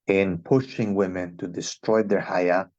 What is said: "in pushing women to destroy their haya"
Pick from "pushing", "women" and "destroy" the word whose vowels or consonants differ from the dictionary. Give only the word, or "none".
none